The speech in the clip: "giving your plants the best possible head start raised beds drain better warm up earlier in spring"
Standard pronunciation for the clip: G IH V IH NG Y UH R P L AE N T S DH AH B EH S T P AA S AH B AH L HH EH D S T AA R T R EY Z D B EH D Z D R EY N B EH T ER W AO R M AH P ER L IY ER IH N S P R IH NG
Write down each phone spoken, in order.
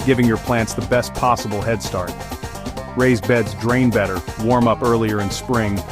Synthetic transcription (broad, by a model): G IH V IH NG Y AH R P L AE N T S DH AH B EH S T P AA S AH B L HH EH D S T AA R T R EY Z B EH D Z D R EY N B EH T ER W AO R M AH P ER L IY ER IH N S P R IH NG